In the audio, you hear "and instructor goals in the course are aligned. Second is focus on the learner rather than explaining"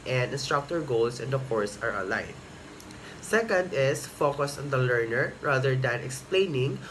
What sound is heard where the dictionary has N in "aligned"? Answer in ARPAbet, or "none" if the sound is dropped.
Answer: none